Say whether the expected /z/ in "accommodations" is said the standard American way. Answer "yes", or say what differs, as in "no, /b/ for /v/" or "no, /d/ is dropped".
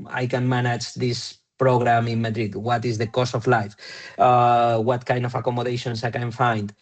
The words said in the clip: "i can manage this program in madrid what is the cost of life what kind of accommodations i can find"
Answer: no, /s/ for /z/